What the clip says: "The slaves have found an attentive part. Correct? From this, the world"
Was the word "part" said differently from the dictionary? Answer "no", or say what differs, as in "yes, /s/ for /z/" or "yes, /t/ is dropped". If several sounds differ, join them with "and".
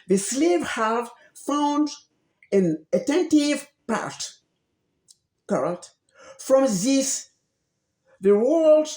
no